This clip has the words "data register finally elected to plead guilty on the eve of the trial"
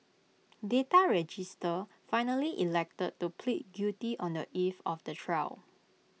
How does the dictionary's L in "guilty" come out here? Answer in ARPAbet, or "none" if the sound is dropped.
none